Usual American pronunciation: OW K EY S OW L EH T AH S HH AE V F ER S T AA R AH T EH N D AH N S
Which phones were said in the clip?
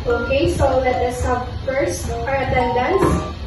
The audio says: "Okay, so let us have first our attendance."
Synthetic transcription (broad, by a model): OW K EY S OW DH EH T AH S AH B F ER S T AA R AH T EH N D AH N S